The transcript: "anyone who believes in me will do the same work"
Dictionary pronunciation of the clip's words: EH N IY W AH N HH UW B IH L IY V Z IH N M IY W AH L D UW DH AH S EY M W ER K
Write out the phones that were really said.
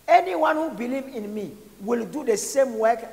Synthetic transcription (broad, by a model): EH N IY W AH N HH UW B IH L IY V IH N M IY W AH L D UW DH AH S EY M W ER K